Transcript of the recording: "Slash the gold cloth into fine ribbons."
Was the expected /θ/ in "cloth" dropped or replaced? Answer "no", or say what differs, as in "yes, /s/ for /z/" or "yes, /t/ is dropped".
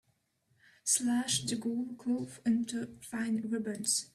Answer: yes, /f/ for /θ/